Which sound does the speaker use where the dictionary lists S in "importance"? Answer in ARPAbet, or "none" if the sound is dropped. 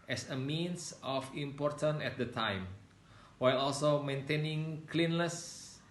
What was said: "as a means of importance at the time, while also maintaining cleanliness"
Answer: none